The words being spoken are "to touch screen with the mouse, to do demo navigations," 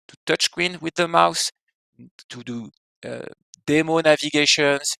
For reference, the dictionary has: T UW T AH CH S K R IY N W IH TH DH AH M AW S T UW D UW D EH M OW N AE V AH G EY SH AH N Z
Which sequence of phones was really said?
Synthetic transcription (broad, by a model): T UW T AH CH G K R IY N W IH DH AH M AW S T UW D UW D EH M OW N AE V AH G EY SH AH N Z